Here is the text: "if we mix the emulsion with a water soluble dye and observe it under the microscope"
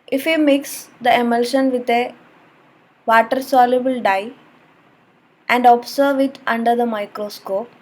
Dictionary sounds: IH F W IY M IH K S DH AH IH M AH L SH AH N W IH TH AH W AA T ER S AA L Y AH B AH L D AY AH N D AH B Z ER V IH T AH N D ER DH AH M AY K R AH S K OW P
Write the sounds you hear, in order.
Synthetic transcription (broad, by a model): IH F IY M IH K S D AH IH M AH L SH AH N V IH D AH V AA T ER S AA L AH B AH L D AY AH N D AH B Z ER V IH T AH N D ER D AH M AY K R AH S K OW P